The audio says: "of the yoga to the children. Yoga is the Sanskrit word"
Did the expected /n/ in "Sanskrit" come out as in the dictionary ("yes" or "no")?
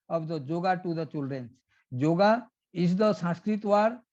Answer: no